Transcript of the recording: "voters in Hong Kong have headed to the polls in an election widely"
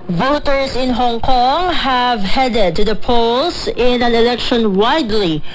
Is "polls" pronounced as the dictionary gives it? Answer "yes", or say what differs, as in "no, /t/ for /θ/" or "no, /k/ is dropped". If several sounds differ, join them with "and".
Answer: no, /s/ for /z/